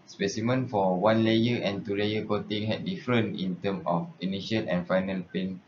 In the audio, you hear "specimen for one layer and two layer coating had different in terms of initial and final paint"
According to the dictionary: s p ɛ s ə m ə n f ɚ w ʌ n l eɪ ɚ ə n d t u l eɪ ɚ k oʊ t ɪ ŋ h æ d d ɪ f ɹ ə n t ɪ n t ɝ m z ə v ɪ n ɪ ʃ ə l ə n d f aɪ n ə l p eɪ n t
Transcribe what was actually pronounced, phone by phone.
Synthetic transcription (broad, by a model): s p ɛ s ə m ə n f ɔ w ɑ n l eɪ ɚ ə n t u l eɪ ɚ k oʊ t ɪ ŋ h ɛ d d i f ɹ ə n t ɪ n t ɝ m ə f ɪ n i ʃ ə l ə n f aɪ n ə l p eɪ n